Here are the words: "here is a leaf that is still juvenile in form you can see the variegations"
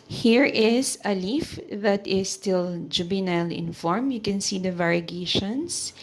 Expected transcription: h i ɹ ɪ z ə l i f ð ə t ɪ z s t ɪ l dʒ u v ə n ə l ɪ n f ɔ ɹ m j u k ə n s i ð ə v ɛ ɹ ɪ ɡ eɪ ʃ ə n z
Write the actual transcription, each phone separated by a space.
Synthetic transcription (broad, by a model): h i ɹ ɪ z ə l i f ð ə t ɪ s t ɪ l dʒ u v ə n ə l ɪ n f ɔ ɹ m j u k ə n s i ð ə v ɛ ɹ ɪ ɡ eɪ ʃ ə n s